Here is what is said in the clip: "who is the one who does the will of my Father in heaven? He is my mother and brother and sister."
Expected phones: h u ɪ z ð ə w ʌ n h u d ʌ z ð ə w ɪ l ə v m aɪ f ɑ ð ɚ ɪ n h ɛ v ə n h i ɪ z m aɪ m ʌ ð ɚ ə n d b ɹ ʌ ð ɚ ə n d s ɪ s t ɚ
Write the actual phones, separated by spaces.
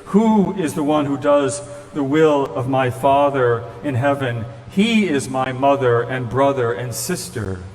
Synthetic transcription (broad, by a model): h u ɪ z ð ə w ʌ n h u d ʌ z ð ə w ɪ l ə v m aɪ f ɑ ð ɚ ɪ n h ɛ v ə n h i ɪ z m aɪ m ʌ ð ɚ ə n b ɹ ʌ ð ɚ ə n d s ɪ s t ɚ